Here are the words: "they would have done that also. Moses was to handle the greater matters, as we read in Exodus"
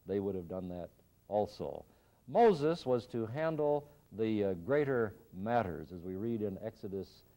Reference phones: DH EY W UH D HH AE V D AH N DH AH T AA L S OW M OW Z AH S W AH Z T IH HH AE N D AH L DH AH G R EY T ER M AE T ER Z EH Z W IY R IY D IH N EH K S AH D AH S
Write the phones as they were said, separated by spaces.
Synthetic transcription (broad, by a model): DH EY W UH D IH V D AH N DH AH T AA L S OW M OW Z AH S W AH Z T IH HH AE N D L DH AH G R EY T ER M AE T ER Z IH Z W IY R IY D IH N EH K S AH D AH S